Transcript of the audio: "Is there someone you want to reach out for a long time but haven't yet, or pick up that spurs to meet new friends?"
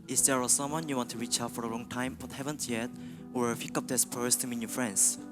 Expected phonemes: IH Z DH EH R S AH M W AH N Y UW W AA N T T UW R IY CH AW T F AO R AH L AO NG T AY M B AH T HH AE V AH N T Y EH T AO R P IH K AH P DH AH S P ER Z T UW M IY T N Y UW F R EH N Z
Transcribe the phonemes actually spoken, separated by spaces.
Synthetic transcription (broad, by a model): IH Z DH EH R S AH M W AH N Y UW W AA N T T UW R IY CH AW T F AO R AH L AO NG T AY M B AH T HH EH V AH N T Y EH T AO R F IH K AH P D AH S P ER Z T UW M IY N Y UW F R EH N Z